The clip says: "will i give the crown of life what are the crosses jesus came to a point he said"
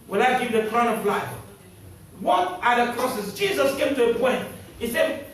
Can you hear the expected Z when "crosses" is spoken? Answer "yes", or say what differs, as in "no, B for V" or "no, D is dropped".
no, S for Z